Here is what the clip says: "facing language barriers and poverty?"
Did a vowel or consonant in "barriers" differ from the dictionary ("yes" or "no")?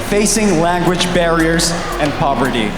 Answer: no